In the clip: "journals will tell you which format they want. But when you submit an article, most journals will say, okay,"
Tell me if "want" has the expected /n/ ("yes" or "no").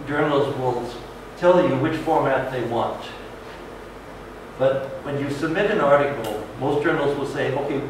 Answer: yes